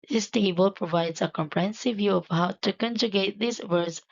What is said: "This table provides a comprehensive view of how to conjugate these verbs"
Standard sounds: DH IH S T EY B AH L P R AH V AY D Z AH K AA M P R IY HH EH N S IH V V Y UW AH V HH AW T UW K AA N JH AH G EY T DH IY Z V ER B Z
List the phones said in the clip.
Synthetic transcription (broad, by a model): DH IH S T EY B AH L P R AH V AY D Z AH K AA M P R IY HH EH N S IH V V Y UW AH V HH AW T UW K AA N JH AH G EY T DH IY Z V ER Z